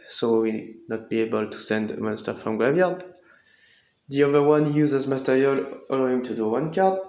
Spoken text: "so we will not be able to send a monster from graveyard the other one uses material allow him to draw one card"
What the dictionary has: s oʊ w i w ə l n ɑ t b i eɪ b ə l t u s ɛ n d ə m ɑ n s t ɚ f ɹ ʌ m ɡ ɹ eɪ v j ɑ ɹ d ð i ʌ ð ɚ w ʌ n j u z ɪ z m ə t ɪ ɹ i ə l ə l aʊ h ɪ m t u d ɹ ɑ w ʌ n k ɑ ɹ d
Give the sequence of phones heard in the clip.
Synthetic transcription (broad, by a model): s oʊ w i n ɑ t b i eɪ b ə l t u s ɛ n d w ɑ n s t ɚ f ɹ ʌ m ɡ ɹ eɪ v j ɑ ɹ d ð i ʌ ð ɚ w ʌ n j u z ɪ z m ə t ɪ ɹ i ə l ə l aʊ h ɪ m t u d u w ʌ n k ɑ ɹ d